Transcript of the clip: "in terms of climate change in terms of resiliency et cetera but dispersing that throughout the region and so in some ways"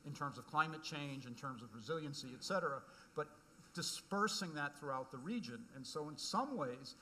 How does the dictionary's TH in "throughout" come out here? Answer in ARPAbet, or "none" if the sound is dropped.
TH